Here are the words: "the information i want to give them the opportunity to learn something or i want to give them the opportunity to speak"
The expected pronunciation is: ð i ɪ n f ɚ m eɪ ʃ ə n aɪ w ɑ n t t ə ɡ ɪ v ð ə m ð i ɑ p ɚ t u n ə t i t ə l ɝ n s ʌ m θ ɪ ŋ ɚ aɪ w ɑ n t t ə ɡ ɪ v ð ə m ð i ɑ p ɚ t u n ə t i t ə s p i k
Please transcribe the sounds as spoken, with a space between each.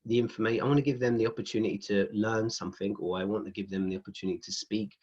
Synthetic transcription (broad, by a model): ð i ɪ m f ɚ m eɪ ə aɪ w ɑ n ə ɡ ɪ v ð ə m ð i ɑ p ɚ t u n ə t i t ə l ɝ n s ʌ m θ ɪ ŋ ɚ aɪ w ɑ n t t ə ɡ ɪ v ð ə m ð i ɑ p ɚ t u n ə t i t ə s p i k